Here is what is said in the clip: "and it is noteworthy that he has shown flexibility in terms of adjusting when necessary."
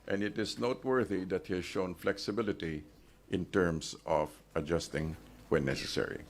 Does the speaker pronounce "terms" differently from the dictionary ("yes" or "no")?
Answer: yes